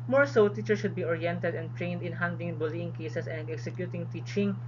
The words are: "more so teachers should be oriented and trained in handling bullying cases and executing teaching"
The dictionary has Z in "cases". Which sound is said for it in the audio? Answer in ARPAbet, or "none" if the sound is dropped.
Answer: S